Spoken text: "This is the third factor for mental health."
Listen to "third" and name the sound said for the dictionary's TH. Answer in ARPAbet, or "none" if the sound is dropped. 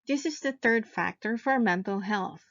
TH